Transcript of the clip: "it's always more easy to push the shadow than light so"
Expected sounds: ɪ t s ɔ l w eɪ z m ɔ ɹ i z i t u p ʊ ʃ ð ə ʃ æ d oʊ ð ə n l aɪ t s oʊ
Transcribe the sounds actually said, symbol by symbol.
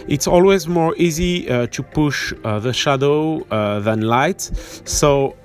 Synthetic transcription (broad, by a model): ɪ t s ɔ l w eɪ z m ɔ ɹ i z i t u p ʊ ʃ ð ə ʃ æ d oʊ ð ə n l aɪ t s oʊ